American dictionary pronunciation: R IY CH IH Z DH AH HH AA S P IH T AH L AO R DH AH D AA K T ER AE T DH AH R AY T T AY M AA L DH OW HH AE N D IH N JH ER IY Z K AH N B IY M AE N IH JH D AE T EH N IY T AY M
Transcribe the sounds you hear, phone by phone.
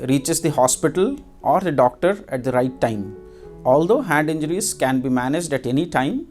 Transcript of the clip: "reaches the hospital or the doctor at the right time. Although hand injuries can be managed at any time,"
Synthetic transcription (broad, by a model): R IY CH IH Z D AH HH AA S P IH T AH L AO R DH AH D AA K T ER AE T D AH R AY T T AY M AA L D OW HH AE N D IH N JH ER IY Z K AH N B IY M AE N IH JH D AE T EH N IY T AY M